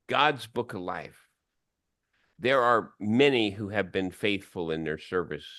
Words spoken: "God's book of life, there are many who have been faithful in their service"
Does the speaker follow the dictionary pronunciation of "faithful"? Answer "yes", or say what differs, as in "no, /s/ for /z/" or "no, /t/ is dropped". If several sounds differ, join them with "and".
yes